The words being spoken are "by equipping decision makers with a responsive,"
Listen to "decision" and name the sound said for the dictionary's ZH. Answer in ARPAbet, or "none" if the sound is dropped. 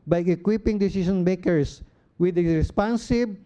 SH